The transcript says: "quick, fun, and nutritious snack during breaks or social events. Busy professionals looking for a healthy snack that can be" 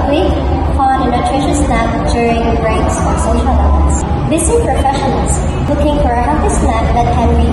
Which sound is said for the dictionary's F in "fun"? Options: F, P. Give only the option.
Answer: P